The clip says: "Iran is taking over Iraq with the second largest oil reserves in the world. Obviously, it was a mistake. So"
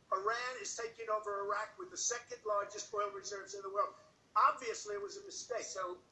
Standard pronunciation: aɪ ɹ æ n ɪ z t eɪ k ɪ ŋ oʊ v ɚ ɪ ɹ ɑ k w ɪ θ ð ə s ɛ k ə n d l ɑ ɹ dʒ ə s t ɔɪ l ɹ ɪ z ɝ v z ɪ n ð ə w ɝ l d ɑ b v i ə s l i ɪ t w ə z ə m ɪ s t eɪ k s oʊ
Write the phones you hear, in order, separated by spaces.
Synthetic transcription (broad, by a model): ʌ ɹ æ n ɪ z t eɪ k ɪ ŋ oʊ v ɚ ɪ ɹ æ k w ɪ ð ə s ɛ k ə n d l ɑ ɹ dʒ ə s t ɔɪ l ɹ ɪ z ɝ v z ɪ n ð ə w ɝ l d ɑ b v i ə s l i ɪ t w ə z ə m ɪ s t eɪ k s oʊ